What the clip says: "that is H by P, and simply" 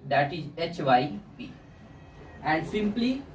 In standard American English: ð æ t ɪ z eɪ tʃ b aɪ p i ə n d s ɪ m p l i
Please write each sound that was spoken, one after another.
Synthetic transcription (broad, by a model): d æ t ɪ z eɪ tʃ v aɪ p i ə n d s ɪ m p l i